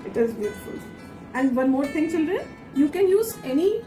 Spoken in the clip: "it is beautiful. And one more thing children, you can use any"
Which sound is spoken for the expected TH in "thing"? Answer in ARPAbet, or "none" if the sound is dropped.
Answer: T